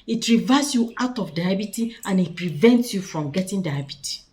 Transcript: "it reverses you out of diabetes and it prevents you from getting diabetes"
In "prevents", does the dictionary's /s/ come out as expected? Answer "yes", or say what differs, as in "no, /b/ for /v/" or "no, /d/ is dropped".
yes